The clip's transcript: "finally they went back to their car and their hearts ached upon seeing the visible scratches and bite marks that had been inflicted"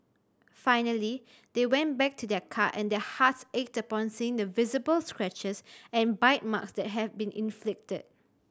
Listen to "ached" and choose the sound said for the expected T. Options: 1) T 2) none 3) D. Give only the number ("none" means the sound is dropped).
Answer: 1